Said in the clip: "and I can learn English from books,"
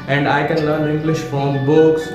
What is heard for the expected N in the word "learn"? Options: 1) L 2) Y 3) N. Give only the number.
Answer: 1